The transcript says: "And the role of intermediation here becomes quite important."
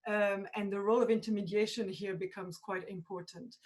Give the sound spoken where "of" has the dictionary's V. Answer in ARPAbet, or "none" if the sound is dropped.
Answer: V